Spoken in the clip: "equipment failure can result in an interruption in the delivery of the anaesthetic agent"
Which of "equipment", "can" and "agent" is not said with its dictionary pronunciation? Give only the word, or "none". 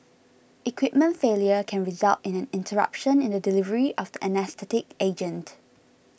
none